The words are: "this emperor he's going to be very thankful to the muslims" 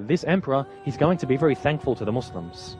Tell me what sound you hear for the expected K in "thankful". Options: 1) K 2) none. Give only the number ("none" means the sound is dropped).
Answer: 1